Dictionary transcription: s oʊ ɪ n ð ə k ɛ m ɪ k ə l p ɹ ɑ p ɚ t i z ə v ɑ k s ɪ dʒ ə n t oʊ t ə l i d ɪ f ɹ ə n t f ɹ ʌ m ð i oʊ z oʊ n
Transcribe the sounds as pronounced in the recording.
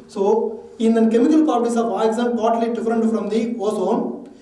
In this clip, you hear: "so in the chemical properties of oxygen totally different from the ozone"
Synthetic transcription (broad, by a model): s oʊ ɪ n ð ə k ɛ m ɪ k ə l p ɑ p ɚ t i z ə v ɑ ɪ z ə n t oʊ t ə l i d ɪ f ɹ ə n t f ɹ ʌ m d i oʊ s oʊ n